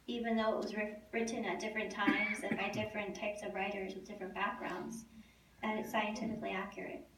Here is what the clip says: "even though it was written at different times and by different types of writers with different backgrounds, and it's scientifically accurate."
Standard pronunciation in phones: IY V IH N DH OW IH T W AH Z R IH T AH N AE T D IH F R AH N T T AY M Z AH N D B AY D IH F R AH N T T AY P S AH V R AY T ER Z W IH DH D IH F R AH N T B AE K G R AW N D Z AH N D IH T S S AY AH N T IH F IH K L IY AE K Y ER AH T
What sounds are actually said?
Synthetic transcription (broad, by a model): IY V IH N DH OW IH T W AH Z R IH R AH N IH T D IH F R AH N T T AY M Z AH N B AY D IH F R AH N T T AY P S AH V R AY T ER Z W IH DH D IH F R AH N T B AE K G R AW N D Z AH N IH T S S AY AH N T IH F IH K L IY AE K Y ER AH T